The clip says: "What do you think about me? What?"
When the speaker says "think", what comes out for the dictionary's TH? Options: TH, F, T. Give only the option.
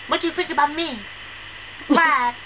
F